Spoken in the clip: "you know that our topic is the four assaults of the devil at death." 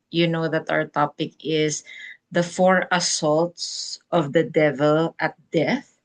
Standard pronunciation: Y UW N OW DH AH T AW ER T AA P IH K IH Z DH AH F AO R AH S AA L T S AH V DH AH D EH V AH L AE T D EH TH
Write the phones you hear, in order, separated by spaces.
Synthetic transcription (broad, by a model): Y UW N OW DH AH T AW ER T AA P IH K IH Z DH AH F AO R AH S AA L T S AH V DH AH D EH V AH L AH T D EH TH